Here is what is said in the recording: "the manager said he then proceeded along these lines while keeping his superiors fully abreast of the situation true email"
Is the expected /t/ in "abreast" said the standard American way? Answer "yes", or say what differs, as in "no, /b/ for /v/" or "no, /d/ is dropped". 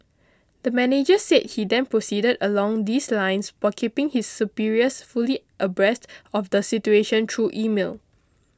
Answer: yes